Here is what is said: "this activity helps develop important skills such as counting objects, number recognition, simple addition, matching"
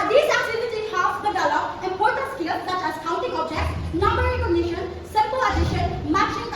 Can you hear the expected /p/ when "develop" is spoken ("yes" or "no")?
no